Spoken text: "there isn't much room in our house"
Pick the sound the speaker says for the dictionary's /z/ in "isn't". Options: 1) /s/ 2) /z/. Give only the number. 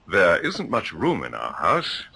2